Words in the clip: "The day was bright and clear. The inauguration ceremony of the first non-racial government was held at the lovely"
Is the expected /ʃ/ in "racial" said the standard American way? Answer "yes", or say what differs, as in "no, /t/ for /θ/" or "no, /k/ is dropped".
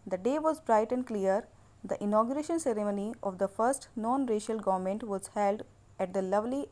yes